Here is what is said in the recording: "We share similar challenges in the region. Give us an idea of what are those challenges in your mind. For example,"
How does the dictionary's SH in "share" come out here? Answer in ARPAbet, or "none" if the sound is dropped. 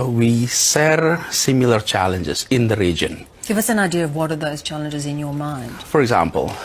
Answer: S